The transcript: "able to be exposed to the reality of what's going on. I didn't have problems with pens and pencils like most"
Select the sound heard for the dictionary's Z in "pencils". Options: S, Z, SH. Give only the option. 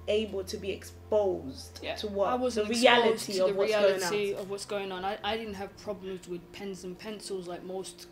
Z